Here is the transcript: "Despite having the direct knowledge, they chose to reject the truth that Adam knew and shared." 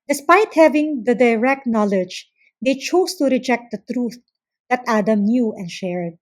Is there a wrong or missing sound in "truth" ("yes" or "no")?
no